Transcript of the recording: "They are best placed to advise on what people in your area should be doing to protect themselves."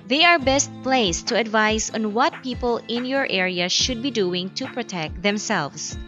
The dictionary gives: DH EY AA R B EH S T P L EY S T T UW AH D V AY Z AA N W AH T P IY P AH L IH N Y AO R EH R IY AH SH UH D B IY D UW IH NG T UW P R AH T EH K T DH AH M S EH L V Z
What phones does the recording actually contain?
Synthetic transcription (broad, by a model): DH EY AA R B EH S T P L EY S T T UW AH D V AY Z AA N W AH T P IY P AH L IH N Y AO R EH R IY AH SH UH D B IY D UW IH NG T UW P R AH T EH K T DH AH M S EH L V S